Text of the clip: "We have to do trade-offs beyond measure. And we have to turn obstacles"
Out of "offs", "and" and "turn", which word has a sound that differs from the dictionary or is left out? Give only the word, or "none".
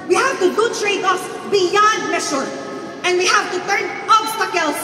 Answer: offs